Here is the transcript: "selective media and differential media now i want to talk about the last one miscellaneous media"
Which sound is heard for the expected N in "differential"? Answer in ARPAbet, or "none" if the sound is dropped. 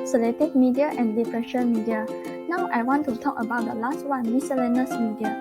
none